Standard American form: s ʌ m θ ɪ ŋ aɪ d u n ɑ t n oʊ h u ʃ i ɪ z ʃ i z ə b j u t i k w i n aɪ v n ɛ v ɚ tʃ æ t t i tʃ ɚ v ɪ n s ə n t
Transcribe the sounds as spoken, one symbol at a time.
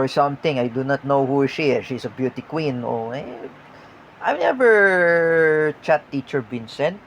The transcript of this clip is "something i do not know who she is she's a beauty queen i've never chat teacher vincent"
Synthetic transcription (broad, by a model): s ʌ m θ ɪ ŋ aɪ d u n ɑ t n oʊ h u ʃ i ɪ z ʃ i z ə b j u t i k w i n aɪ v n ɛ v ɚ tʃ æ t t i tʃ ɚ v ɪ n s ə n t